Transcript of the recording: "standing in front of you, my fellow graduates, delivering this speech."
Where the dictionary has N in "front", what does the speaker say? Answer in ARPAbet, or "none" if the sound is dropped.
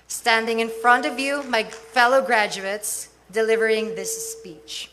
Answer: N